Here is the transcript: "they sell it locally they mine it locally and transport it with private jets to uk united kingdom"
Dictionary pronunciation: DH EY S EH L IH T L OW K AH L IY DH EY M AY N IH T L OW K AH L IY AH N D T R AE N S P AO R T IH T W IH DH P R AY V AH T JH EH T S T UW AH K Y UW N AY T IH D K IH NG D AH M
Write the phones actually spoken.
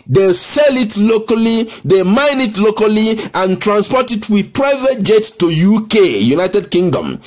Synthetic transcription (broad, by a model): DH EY S EH L IH T L OW K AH L IY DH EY M AY N IH T L OW K AH L IY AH N T R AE N S P AO T IH T W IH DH P R AY V AH T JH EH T T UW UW K Y UW N AY T IH D K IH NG D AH M